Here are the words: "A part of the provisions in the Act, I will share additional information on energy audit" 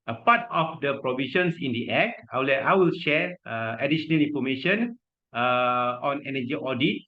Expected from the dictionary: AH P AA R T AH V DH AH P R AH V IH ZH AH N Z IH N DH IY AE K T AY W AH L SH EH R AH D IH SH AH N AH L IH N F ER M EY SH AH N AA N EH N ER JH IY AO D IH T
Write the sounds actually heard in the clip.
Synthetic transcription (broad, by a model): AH P AA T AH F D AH P R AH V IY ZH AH N S IH N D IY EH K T AY W AH L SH EH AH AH D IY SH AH N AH L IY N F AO M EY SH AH N AA N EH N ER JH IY AO D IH T